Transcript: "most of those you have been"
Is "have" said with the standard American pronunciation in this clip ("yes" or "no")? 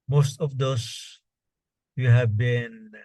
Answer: yes